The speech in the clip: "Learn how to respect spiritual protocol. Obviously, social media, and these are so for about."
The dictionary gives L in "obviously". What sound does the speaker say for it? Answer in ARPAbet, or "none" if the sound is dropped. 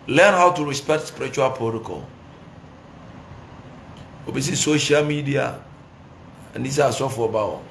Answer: none